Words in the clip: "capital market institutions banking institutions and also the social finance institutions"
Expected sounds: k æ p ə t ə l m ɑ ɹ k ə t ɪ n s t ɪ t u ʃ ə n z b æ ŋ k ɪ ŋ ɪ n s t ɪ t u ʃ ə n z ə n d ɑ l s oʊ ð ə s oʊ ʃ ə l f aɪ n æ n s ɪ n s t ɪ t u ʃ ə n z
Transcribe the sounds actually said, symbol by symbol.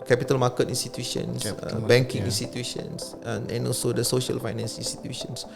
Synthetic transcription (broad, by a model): k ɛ p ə t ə l m ɑ k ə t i n s t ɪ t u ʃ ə n s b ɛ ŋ k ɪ ŋ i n s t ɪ t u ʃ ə n s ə n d ɑ l s oʊ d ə s oʊ ʃ ə l f aɪ n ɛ n s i n s t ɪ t u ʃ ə n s